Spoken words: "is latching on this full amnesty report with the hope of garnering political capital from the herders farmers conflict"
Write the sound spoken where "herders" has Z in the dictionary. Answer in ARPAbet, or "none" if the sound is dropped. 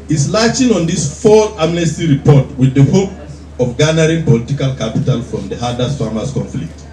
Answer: S